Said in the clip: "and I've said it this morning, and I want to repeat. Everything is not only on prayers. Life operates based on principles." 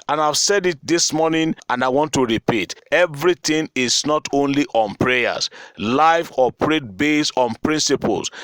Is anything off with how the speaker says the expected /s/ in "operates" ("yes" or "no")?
yes